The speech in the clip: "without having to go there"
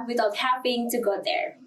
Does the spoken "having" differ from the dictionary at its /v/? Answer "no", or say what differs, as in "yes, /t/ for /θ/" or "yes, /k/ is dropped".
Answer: yes, /p/ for /v/